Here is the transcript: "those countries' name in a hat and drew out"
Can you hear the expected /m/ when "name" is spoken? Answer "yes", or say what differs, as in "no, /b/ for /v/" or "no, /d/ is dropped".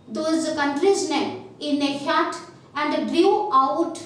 no, /m/ is dropped